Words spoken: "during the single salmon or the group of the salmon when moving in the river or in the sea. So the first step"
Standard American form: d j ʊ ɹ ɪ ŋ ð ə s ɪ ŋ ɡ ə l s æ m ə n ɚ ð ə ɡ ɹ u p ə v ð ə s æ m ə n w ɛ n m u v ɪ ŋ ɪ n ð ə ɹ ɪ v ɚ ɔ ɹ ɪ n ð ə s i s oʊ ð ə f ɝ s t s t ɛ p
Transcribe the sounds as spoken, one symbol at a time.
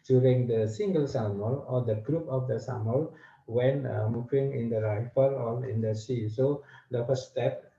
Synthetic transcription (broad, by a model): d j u ɹ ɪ ŋ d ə s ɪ ŋ ɡ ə l s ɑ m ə l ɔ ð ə ɡ ɹ u p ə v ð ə s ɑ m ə l w ɛ n m u v ɪ ŋ ɪ n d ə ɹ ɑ f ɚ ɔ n ɪ n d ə s i s oʊ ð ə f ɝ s s t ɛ p